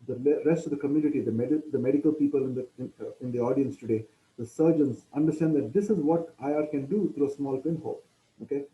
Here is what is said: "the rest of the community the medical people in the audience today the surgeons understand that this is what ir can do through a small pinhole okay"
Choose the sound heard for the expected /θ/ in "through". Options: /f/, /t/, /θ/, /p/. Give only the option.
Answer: /t/